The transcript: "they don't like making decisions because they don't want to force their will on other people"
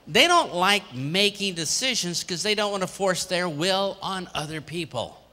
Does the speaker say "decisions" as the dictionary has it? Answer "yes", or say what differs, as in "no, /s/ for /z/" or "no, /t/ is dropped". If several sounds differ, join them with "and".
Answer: yes